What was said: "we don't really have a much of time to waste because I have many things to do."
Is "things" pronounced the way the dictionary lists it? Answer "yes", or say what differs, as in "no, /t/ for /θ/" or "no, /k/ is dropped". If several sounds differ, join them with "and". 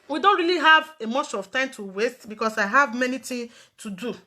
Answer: no, /z/ is dropped